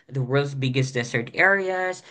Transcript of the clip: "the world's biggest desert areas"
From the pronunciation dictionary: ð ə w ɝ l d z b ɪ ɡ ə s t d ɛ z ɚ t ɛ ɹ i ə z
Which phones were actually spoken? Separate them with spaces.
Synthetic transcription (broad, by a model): ð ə w ɝ l d z b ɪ ɡ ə s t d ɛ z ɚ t ɛ ɹ i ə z